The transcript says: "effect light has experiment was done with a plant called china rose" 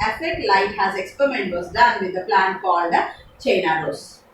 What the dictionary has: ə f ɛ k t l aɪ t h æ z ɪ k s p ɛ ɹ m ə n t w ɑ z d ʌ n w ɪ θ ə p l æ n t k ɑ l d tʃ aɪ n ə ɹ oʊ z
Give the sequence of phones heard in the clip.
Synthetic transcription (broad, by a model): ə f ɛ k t l aɪ t h æ z ɪ k s p ɛ ɹ m ə n t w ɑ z d ʌ n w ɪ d ə p l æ n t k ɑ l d tʃ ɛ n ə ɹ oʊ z